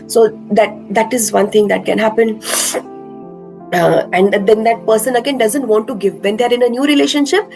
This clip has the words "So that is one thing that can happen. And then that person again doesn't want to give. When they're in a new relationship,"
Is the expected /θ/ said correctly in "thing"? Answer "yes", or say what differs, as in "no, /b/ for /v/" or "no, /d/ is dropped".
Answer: no, /t/ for /θ/